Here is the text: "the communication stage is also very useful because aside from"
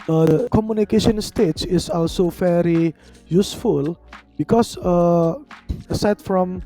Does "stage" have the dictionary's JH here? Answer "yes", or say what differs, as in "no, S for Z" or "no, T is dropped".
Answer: no, CH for JH